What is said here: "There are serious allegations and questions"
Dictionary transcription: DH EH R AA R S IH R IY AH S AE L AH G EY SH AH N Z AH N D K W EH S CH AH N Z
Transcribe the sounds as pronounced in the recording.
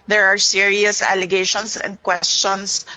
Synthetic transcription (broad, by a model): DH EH R AA R S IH R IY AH S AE L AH G EY SH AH N S AH N D K W EH S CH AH N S